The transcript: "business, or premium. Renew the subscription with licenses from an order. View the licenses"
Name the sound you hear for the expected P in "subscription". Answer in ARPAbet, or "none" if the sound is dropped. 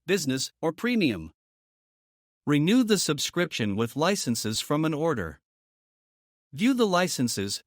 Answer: P